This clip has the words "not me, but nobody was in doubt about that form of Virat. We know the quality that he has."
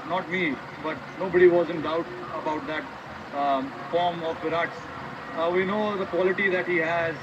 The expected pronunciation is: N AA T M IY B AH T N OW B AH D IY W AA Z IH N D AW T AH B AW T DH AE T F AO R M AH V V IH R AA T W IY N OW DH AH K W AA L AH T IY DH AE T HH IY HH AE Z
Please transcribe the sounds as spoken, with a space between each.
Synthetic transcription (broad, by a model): N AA T M IY B AH T N OW B AH D IY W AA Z IH N D AW T AH B AW T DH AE T F AO R M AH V P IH R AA T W IY N OW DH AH K W AA L AH T IY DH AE T HH IY HH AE Z